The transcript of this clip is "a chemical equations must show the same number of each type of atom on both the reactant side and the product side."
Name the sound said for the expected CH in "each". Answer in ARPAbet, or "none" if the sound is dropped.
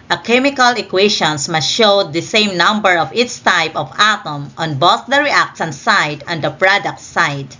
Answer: S